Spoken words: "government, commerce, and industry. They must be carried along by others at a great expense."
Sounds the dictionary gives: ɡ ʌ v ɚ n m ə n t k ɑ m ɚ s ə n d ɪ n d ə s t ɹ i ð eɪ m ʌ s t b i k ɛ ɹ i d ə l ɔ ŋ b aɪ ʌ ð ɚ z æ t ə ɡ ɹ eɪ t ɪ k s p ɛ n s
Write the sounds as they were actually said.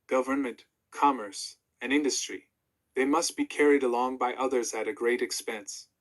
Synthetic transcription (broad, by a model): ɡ ʌ v ɚ n m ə n t k ɑ m ɚ s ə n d ɪ n d ə s t ɹ i ð eɪ m ʌ s t b i k ɛ ɹ i d ə l ɔ ŋ b aɪ ʌ ð ɚ z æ t ə ɡ ɹ eɪ t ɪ k s p ɛ n s